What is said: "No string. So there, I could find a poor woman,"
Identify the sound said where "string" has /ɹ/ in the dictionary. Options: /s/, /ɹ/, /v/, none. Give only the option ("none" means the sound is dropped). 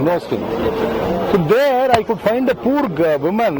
none